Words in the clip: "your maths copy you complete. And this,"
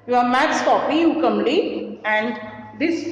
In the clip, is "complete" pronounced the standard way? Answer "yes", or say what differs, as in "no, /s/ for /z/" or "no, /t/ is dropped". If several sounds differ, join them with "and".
no, /p/ is dropped